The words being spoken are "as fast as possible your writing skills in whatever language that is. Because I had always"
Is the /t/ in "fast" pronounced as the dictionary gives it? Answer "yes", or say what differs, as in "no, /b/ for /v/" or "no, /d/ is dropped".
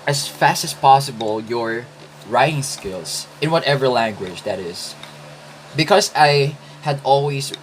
yes